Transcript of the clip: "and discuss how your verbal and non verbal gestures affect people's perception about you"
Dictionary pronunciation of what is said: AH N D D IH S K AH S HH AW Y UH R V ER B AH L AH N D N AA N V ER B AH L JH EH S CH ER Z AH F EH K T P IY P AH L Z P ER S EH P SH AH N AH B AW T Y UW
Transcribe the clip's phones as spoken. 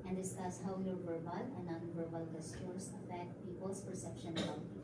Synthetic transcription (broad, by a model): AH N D D IH S K AH S HH AW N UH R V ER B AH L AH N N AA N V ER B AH L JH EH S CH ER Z AH F EH K T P IY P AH L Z P ER S EH P SH AH N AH IY